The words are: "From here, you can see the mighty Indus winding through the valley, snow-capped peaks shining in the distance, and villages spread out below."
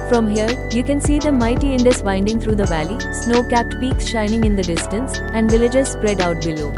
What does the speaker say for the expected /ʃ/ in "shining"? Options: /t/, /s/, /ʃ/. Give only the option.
/ʃ/